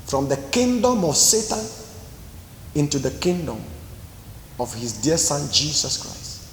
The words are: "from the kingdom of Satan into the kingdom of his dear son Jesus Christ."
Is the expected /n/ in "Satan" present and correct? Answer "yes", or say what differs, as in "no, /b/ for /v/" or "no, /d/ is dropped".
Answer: yes